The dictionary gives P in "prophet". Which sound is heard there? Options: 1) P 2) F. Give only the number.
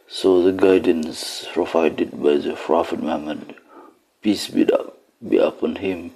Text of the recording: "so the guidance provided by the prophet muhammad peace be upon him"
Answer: 2